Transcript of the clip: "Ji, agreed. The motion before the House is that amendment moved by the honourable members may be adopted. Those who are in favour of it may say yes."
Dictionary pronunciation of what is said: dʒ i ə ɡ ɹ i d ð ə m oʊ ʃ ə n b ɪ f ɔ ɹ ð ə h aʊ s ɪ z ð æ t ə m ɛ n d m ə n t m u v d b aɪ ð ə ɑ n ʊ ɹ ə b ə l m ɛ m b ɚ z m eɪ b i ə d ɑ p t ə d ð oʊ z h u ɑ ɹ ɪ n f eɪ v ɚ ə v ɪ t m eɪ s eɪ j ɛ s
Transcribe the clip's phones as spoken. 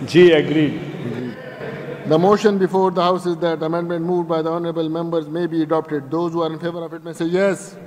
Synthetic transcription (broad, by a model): dʒ i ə ɡ ɹ i d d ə m oʊ ʃ ə n b ɪ f ɔ ɹ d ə h aʊ s ɪ z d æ t ə m ɛ n d m ə n t m u v d b aɪ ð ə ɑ n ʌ ɹ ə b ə l m ɛ m b ɚ z m eɪ b i ə d ɑ p t ə d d oʊ z h u ɑ ɹ ɪ n f eɪ v ɚ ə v ɪ t m eɪ s eɪ j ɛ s